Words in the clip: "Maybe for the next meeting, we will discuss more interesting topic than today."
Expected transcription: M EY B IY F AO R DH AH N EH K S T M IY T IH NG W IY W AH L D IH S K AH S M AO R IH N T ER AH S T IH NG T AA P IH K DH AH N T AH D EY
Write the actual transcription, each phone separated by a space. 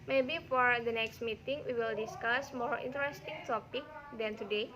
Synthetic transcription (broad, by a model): M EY B IY F AO R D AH N EH K S T M IY T IH NG W IY W AH L D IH S K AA S M AO R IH N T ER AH S T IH NG T AA P IH K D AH N T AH D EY